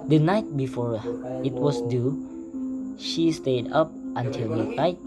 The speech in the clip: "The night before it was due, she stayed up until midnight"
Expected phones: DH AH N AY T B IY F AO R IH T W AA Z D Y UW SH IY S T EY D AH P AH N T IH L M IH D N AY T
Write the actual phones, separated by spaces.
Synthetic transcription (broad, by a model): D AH N AY T B IY F AO R IH T W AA S D Y UW SH IY S T EY D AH P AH N T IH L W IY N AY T